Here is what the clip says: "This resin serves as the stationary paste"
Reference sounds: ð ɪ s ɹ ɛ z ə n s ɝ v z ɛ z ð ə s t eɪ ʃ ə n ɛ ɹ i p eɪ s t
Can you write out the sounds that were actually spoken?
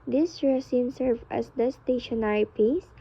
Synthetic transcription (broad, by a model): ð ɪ s ɹ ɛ s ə n s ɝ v ɑ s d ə s t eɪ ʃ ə n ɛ ɹ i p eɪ s